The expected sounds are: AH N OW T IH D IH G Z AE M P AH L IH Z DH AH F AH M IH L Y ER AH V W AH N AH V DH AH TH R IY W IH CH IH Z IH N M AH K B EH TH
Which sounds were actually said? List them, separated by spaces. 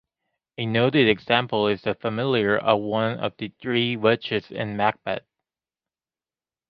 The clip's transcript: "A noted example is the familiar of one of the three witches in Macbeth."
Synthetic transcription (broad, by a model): AH N OW T IH D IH G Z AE M P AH L IH Z DH AH F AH M IH L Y ER AH V W AH N AH V DH AH TH R IY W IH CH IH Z IH N M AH K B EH T